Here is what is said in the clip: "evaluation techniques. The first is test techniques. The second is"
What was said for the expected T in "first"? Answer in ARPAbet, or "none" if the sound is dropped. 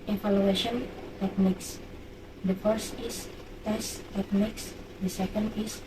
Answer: T